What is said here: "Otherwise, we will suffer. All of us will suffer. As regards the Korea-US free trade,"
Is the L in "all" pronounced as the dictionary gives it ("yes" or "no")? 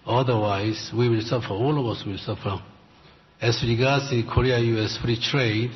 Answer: yes